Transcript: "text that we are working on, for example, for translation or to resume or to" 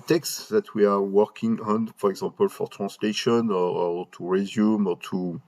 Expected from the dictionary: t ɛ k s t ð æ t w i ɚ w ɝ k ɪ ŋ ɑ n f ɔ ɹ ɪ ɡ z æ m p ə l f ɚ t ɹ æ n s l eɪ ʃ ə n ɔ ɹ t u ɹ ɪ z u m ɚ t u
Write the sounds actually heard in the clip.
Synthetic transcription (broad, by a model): t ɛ k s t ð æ t w i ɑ w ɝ k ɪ ŋ ɑ n f ɔ ɹ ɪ ɡ z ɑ p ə l f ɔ t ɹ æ s l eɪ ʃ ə n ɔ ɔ t u ɹ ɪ z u m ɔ t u